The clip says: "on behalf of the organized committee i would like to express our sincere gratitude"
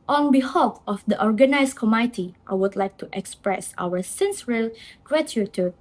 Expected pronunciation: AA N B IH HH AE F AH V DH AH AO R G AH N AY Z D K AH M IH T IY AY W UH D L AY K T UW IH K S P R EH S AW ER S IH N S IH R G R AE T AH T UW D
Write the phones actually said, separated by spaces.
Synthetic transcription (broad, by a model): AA N B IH HH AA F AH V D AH AO R G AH N AY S K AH M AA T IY AY W UH D L AY K T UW IH K S P R EH S AW ER S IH N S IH L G R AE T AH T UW